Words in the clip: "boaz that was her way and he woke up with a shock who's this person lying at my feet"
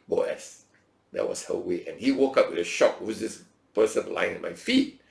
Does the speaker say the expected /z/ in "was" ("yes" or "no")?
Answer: no